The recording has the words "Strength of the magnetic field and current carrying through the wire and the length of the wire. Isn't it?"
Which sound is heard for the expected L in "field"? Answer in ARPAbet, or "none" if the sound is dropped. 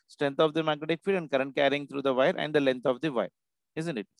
none